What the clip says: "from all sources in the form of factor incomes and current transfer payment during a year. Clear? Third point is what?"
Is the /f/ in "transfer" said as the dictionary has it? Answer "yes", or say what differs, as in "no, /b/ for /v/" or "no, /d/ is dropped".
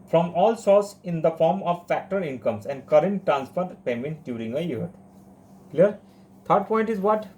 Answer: no, /p/ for /f/